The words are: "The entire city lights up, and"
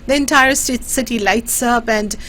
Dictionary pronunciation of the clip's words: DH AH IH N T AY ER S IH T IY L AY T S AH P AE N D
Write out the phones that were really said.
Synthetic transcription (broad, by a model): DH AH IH N T AY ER S IH T IY L AY T S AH B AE N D